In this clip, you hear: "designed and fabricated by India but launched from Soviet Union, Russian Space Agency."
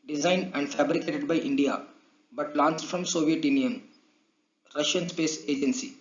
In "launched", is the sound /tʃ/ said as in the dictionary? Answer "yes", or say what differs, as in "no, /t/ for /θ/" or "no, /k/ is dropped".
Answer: no, /s/ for /tʃ/